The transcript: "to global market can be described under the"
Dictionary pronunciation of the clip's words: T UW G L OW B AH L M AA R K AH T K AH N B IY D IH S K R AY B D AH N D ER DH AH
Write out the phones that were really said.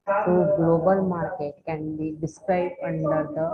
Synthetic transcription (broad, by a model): T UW G L OW B AH L M AA R K AH T K AH N B IY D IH S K R AY D AH N D ER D AH